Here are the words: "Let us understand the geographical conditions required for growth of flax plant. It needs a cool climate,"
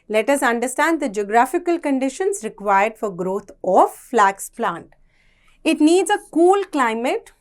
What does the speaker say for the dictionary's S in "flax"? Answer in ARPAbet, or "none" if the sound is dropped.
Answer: S